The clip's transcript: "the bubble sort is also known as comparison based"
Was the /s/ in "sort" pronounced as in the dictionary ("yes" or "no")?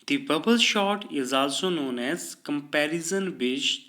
no